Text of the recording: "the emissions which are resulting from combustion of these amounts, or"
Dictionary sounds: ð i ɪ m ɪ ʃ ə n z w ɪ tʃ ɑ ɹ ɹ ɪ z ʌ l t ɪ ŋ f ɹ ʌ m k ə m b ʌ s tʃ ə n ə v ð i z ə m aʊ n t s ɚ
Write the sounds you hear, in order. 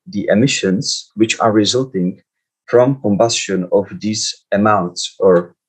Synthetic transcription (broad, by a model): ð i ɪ m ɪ ʃ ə n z w ɪ tʃ ɑ ɹ ɹ ɪ z ʌ l t ɪ ŋ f ɹ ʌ m k ə m b ʌ s tʃ ə n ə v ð i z ə m aʊ n t s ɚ